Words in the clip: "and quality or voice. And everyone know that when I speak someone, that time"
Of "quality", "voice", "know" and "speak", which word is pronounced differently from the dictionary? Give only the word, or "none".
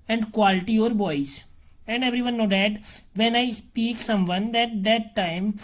voice